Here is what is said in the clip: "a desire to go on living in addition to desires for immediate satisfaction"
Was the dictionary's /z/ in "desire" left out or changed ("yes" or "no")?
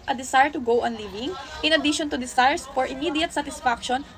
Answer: yes